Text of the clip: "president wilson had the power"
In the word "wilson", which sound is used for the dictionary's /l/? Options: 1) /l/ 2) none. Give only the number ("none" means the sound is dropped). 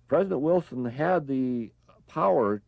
1